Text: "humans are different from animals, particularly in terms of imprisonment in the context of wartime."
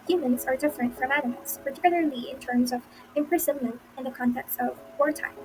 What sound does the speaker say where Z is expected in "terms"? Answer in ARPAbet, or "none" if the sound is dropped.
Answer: Z